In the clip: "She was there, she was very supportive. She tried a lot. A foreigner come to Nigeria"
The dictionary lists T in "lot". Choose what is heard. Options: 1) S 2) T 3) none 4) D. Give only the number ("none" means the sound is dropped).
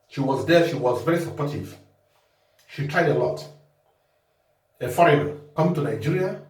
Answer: 2